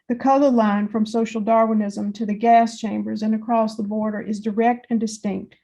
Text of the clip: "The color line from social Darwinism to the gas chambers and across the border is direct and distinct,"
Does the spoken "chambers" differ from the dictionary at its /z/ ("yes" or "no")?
no